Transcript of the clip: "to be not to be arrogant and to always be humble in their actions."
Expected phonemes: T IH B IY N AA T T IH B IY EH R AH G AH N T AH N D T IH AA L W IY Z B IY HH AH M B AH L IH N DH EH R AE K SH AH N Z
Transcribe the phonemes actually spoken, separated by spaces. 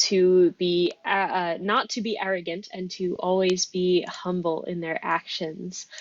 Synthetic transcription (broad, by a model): T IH B IY N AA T T IH B IY EH R AH G AH N T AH N T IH AA L W IY Z B IY HH AH M B L IH N DH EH R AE K SH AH N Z